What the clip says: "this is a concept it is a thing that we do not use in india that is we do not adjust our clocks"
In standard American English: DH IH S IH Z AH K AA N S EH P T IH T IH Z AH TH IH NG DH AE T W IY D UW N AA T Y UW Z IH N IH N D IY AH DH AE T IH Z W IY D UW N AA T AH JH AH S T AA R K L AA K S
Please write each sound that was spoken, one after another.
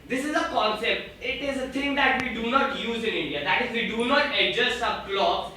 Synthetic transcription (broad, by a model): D IH S IH Z AH K AA N S EH P T IH T IH Z AH T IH NG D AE T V IY D UW N AA T Y UW Z IH N IH N D IY AH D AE T IH Z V IY D UW N AA T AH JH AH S AA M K L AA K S